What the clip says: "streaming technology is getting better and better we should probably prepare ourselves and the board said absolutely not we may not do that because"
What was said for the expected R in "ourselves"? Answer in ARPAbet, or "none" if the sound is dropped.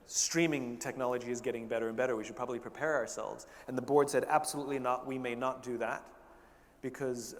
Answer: R